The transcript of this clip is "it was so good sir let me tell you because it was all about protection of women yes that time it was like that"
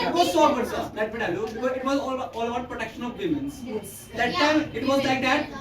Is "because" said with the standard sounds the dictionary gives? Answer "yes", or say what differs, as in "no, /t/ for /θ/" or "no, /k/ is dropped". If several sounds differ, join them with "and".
no, /k/ is dropped